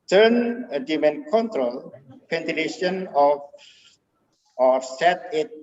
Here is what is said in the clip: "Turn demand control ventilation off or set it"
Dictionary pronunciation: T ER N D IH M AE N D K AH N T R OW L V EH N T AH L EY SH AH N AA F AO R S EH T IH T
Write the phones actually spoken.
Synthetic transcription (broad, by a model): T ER N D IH M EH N K AH N T R OW L P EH N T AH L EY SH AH N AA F AO R S EH T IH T